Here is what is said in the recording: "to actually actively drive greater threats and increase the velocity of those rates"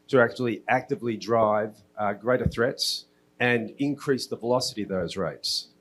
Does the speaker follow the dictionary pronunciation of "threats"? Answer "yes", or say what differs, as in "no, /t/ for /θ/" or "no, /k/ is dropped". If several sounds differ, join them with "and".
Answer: yes